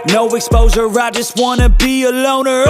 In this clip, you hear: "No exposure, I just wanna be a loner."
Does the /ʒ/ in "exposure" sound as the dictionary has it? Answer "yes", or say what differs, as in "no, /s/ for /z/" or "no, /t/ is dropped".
no, /z/ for /ʒ/